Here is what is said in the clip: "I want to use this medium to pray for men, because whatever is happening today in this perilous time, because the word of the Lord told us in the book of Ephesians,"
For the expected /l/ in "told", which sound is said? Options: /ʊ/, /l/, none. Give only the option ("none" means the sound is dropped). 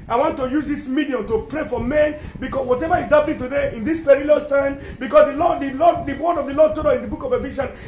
none